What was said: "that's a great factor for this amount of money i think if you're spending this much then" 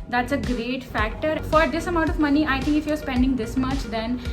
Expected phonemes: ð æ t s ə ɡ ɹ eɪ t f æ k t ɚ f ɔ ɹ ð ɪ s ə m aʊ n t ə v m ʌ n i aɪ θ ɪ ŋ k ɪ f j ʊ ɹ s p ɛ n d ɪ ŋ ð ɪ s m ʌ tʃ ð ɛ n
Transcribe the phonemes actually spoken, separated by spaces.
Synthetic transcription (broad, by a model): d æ t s ə ɡ ɹ eɪ t f æ k t ɚ f ɔ ɹ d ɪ s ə m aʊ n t ə v m ʌ n i aɪ t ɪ ŋ k ɪ f j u ɹ s p ɛ n d ɪ ŋ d ɪ s m ʌ tʃ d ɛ n